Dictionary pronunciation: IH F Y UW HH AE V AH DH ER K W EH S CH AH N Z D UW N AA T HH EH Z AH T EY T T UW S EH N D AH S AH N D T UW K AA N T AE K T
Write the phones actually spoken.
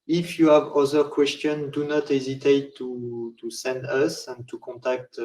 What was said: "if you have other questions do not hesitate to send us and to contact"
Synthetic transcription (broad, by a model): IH F Y UW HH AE V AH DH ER K W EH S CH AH N D UW N AA T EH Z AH T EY T T UW S EH N D AH S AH N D T UW K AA N T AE K T